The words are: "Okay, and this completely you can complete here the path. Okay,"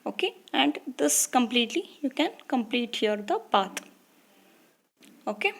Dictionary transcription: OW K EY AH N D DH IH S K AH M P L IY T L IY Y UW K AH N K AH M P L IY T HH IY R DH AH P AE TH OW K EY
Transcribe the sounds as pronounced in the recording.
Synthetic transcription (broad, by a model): OW K EY AH N D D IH S K AH M P L IY T L IY Y UW K AH N K AH M P L IY T HH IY R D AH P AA T OW K EY